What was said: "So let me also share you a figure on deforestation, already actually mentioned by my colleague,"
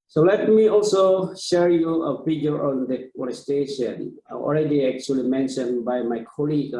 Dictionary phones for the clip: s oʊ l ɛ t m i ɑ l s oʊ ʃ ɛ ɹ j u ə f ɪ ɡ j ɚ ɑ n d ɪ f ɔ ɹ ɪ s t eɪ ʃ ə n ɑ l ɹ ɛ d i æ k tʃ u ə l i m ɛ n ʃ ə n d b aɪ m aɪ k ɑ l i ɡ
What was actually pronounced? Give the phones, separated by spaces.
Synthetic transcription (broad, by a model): s oʊ l ɛ t m i ɑ l s oʊ ʃ ɛ ɹ j u ə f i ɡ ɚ ɑ n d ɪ ɔ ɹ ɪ s t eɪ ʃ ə n ɑ l ɹ ɛ d i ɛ k tʃ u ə l i m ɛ n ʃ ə n b aɪ m aɪ k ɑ l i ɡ